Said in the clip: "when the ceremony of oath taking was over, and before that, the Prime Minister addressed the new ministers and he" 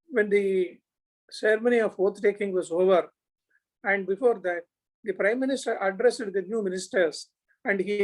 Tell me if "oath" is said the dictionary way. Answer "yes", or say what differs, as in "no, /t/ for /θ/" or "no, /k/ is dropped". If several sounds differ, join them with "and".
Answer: no, /t/ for /θ/